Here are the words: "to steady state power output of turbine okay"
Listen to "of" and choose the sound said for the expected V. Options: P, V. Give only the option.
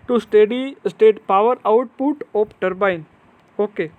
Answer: P